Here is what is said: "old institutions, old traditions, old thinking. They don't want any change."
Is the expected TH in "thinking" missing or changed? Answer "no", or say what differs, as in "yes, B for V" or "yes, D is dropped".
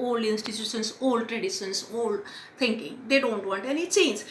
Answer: yes, T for TH